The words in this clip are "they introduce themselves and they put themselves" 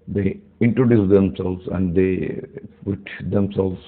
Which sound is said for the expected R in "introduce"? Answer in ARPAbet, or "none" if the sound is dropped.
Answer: R